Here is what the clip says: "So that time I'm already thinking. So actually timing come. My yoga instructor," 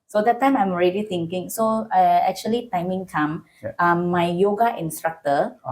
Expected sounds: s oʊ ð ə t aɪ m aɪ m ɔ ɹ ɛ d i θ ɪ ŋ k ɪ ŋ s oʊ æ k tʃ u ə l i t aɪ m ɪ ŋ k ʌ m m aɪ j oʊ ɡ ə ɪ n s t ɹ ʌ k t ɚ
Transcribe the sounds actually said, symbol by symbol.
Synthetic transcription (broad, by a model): s oʊ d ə t aɪ m aɪ m ɔ ɹ ɛ d i t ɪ ŋ k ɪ ŋ s oʊ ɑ k tʃ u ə l i t aɪ m ɪ ŋ k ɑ m m aɪ j oʊ ɡ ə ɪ n s t ɹ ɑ k t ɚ